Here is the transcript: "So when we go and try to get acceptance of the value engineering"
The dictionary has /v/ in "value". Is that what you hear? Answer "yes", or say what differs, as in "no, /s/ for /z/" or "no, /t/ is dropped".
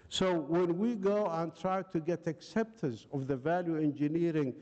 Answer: yes